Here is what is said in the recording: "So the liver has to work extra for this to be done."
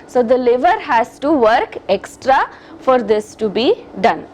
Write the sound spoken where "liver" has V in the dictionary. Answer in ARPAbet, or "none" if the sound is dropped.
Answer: V